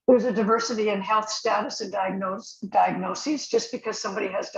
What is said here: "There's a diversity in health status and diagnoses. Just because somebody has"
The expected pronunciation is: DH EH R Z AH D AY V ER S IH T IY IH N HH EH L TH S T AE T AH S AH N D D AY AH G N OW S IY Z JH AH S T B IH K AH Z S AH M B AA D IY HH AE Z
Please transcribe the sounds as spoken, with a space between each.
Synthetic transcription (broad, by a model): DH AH R Z AH D AY V ER S IH T IY IH N HH EH L TH S T AE T AH S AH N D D AY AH G N OW S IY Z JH AH S B IH K AH Z S AH M B AA D IY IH Z